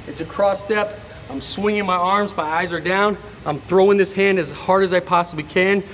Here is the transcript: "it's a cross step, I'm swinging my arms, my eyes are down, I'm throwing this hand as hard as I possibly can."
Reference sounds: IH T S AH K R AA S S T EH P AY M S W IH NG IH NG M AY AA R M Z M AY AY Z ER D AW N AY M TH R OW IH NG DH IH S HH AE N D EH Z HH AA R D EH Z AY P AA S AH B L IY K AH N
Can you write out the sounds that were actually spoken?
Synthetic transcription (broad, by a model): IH T S AH K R AA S S T EH P AY M S W IH NG IH NG M AY AA R M Z M AY AY Z ER D AW N AY M TH R OW IH NG DH IH S HH AE N D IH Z HH AA R D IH Z AY P AA S AH B L IY K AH N